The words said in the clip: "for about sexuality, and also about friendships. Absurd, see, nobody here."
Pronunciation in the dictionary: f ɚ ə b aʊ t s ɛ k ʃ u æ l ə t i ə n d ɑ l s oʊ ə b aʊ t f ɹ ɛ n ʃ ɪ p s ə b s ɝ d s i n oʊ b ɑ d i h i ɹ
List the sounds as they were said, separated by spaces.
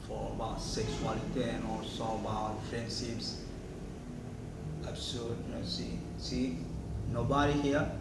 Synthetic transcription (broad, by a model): f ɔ ə b aʊ t s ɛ k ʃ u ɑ l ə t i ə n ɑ s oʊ ə b aʊ t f ɹ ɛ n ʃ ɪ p s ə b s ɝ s s i n oʊ b ɑ d i h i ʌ